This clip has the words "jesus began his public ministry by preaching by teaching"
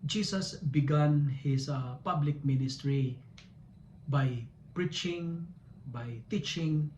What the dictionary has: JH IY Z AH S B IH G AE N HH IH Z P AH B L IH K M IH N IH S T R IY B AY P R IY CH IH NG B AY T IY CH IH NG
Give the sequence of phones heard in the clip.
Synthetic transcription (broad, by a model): JH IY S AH S B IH G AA N HH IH S P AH B L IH K M IH N IH S T R IY B AY P R IY CH IH NG B AY T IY CH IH NG